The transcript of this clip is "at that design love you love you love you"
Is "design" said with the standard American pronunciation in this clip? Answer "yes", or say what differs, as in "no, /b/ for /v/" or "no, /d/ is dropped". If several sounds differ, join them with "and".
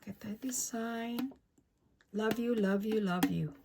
no, /s/ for /z/